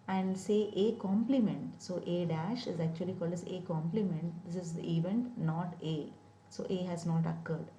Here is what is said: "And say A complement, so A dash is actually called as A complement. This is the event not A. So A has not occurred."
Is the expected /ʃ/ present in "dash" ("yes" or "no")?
yes